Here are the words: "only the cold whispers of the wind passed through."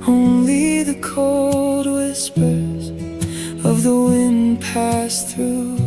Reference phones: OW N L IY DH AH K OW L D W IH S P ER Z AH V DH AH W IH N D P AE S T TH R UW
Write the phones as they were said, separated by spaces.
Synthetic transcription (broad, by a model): OW N L IY DH AH K OW L D W IH S P ER Z AH V DH AH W IH N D P AE S TH R UW